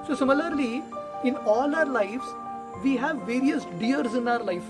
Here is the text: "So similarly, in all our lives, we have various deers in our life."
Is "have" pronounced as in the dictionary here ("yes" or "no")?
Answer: yes